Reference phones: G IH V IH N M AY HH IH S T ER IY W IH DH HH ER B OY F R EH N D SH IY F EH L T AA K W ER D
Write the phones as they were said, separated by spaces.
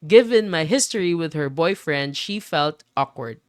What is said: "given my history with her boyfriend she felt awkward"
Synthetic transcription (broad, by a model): G IH V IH N M AY HH IH S T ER IY W IH DH HH ER B OY F R EH N D SH IY F EH L T AA K W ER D